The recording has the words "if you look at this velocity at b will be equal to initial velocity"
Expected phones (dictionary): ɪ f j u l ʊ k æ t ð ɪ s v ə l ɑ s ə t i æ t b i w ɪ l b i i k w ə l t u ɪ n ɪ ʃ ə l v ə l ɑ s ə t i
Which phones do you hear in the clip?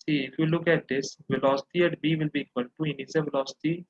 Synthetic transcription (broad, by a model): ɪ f j u l ʊ k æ t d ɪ s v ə l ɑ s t i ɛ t b i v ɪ l b i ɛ k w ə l t u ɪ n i s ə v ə l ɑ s t i